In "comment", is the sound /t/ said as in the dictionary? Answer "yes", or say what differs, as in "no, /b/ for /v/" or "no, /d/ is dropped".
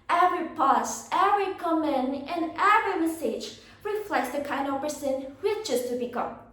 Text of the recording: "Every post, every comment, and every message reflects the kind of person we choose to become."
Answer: no, /t/ is dropped